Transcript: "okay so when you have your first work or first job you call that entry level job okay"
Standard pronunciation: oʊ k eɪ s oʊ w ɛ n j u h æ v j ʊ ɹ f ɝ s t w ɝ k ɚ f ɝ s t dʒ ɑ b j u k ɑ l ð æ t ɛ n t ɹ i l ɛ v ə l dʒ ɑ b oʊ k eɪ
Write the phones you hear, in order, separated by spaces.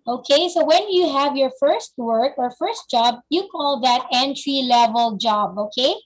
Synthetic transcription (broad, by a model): oʊ k eɪ s oʊ w ɛ n j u h æ v j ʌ ɹ f ɝ s t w ɝ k ɚ f ɝ s t dʒ ɑ b j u k ɑ l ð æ t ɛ n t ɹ i l ɛ v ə l dʒ ɑ b oʊ k eɪ